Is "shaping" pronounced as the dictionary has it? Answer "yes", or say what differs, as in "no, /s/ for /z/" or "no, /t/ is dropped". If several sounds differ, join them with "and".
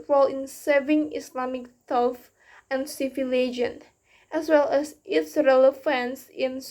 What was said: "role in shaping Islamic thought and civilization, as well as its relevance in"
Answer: no, /s/ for /ʃ/